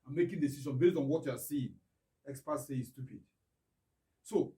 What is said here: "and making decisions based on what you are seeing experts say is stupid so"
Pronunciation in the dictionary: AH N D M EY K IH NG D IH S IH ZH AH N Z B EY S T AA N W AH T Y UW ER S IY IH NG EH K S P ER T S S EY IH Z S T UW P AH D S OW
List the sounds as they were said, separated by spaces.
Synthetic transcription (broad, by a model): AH M EY K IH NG D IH S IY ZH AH N B EY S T AA N W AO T Y UW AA S IY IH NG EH K S P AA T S S EY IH S T UW P AH D S OW